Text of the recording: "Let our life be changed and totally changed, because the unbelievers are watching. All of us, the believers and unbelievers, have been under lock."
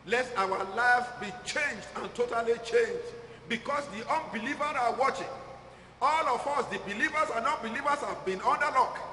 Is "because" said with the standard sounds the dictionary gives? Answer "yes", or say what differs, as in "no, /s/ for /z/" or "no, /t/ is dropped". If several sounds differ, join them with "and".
no, /s/ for /z/